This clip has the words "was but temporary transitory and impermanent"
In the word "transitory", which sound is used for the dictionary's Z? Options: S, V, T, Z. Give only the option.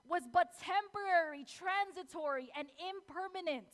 Z